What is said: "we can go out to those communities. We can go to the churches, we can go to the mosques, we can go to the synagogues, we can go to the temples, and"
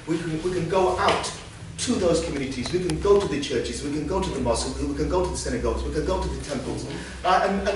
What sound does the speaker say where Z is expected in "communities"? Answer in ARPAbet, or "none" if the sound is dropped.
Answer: Z